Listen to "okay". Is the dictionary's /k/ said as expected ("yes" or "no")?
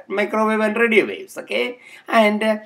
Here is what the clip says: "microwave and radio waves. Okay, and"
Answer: yes